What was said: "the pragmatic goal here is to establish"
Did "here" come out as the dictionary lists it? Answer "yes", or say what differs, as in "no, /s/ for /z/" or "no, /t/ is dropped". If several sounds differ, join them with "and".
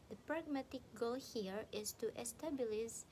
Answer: yes